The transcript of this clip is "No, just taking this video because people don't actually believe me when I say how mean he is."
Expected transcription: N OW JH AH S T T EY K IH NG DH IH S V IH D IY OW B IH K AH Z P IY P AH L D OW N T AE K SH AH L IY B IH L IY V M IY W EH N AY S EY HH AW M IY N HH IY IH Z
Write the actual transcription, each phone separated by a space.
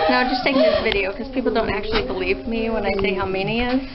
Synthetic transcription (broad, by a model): N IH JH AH S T T EY IH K DH IH S V IH D IY OW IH K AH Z P IY P L D OW N T AE K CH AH L IY B IH L IY V M IY W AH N AY S EY HH AW M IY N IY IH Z